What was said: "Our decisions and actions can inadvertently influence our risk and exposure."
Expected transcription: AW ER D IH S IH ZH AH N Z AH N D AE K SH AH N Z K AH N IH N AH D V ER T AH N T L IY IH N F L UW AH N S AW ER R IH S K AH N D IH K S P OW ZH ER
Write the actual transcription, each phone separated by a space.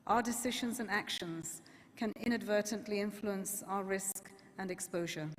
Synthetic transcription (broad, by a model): AW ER D IH S IH ZH AH N Z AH N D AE K SH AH N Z K AH N IH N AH D V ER T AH N T L IY IH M F L UW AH N S AW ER R IH S K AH N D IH K S P OW ZH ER